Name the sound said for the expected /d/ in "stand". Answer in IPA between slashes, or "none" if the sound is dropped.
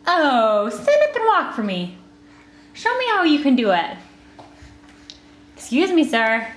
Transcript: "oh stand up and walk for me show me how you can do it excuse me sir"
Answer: none